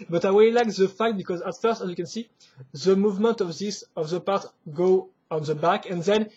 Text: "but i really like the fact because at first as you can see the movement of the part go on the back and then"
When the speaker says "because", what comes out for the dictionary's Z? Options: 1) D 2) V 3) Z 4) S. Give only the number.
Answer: 3